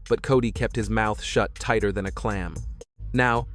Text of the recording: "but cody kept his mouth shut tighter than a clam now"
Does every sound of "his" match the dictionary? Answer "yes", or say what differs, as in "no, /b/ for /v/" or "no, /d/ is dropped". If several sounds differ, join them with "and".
yes